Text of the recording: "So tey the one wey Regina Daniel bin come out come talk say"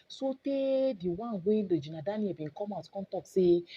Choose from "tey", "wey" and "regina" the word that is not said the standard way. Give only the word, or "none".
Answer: regina